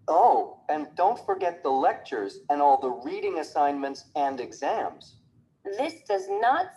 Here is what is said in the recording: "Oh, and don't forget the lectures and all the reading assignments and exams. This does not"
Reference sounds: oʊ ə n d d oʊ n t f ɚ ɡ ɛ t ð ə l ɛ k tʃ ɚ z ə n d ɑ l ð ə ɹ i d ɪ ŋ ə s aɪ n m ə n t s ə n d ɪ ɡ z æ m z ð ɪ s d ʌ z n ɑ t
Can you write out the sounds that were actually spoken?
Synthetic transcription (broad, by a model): oʊ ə n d d oʊ n t f ɚ ɡ ɛ t ð ə l ɛ k tʃ ɚ z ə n ɑ l ð ə ɹ i d ɪ ŋ ə s aɪ n m ə n t s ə n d ɪ ɡ z æ m z ð ɪ s d ʌ z n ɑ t